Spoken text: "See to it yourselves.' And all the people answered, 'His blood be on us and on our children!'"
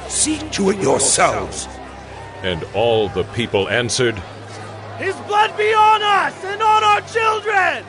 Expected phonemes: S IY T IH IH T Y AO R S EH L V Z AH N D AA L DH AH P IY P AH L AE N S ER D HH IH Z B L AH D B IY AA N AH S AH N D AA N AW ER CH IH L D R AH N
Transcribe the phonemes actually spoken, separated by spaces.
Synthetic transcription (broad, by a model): S IY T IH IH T Y AO R S EH L V Z AH N D AA L DH AH P IY P AH L AE N S ER D HH IH Z B L AH D B IY AA N AH S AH N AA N AW ER CH IH L D R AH N